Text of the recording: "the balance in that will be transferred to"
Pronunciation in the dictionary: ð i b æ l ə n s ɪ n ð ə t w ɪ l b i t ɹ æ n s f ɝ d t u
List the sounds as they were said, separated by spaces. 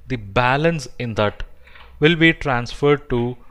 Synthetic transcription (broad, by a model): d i b æ l ə n s ɪ n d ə t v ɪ l b i t ɹ æ n s f ɝ d t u